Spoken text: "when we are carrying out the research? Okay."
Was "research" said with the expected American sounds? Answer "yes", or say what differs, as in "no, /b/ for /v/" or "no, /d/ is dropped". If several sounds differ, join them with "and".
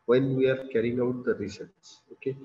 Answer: no, /s/ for /tʃ/